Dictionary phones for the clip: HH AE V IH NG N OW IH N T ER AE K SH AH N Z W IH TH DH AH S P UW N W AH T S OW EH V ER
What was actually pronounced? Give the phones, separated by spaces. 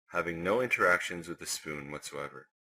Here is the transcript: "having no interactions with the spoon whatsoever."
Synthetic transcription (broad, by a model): HH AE V IH NG N OW IH N T ER AE K SH AH N Z W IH DH AH S P UW N W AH T S OW EH V ER